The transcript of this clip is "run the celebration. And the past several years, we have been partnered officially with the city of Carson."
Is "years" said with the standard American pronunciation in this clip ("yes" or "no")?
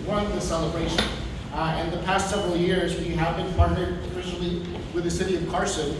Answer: yes